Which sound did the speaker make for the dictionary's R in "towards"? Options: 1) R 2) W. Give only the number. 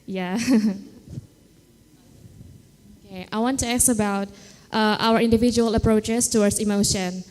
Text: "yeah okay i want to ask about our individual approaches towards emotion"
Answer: 2